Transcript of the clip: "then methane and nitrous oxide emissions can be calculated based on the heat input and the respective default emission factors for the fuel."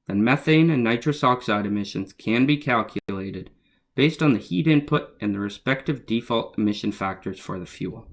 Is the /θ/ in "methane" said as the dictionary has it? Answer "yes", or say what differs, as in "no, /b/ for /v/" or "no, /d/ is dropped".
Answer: yes